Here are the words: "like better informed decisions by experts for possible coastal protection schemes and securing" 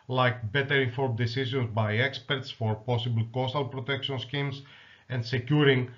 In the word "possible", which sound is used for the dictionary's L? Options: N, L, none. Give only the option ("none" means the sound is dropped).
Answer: L